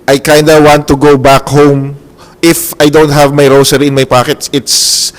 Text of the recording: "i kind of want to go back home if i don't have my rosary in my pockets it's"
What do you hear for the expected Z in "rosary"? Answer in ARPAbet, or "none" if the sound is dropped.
S